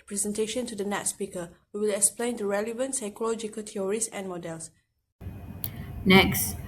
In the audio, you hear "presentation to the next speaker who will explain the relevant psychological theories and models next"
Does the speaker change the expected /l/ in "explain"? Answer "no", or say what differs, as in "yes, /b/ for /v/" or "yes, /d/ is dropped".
no